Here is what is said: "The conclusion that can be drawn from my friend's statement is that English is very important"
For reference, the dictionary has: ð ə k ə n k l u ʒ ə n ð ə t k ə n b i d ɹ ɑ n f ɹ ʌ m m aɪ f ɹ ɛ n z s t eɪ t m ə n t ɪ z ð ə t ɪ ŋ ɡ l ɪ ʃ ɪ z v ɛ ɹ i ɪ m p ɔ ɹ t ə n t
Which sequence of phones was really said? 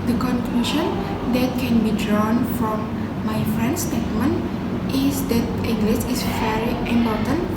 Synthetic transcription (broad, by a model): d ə k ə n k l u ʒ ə n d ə t k ə n b i d ɹ ɑ n f ɹ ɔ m m aɪ f ɹ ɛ n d s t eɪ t m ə n t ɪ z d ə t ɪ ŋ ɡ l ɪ s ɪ s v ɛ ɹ i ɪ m p ɔ t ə n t